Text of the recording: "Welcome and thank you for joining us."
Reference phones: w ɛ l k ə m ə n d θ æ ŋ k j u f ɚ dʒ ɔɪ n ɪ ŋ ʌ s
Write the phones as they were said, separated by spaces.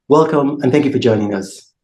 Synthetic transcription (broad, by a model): w ɛ l k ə m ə n θ æ ŋ k j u f ɚ dʒ ɔɪ n ɪ ŋ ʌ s